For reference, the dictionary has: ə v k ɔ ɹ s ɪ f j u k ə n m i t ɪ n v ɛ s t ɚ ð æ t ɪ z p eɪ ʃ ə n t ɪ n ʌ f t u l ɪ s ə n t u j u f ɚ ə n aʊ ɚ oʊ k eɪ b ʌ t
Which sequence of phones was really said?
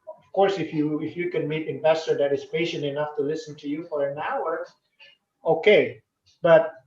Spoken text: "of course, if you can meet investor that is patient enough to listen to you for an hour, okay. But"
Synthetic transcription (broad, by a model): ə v k ɔ ɹ s ɪ f j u k ə n m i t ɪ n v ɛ s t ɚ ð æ t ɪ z p eɪ ʃ ə n t ɪ n ʌ f t u l ɪ s ə n t u j u f ɚ ə n aʊ ɚ oʊ k eɪ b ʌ t